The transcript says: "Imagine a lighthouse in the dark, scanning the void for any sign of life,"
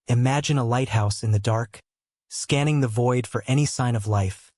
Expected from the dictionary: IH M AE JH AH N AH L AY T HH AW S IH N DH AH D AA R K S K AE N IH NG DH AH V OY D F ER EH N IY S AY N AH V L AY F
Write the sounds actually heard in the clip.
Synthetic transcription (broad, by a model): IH M AE JH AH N AH L AY T HH AW S IH N DH AH D AA R K S K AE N IH NG DH AH V OY D F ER EH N IY S AY N AH V L AY F